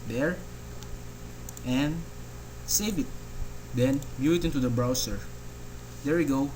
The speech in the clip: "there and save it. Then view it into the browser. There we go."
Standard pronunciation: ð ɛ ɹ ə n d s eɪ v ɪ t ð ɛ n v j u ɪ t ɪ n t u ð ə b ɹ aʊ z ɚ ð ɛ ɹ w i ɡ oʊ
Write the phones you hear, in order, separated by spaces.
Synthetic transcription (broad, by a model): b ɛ ɹ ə n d s eɪ v ɪ t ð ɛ n b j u ɪ t ɪ n t u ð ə b ɹ aʊ s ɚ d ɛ ɹ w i ɡ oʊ